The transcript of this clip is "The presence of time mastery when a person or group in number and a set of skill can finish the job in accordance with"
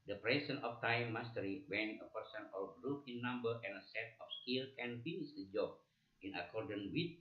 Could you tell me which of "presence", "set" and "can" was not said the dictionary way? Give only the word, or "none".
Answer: presence